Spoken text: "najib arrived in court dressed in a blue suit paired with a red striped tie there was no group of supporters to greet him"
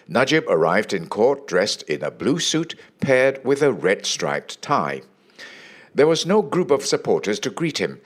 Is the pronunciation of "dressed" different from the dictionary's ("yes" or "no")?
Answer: no